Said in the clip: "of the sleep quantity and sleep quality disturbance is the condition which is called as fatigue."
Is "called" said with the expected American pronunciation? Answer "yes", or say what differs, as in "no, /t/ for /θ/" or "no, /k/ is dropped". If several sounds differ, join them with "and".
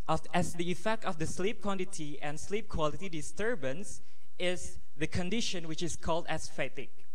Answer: yes